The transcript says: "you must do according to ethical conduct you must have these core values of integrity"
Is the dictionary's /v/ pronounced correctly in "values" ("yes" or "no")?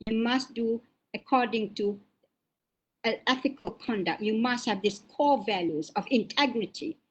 yes